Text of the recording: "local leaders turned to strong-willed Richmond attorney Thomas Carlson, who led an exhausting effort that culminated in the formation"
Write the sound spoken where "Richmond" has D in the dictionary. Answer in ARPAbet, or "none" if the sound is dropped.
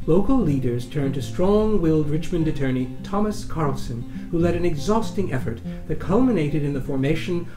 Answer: D